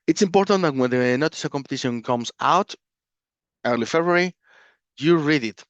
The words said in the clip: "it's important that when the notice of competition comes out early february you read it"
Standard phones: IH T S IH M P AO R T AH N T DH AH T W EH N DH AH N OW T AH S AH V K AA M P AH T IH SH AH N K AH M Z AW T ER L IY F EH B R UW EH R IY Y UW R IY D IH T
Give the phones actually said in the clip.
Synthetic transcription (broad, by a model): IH T S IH M P AO R T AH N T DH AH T W EH N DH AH N OW T AH S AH K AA M P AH T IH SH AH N K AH M S AW T ER L IY F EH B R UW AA R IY Y UW R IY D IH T